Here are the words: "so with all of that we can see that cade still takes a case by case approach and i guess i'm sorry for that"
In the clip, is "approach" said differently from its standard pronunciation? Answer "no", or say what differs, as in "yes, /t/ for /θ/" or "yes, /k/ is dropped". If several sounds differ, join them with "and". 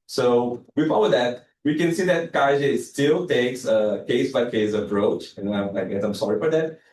no